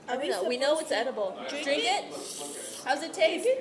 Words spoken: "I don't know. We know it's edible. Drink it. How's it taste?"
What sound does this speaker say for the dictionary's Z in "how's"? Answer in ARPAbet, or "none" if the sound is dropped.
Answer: Z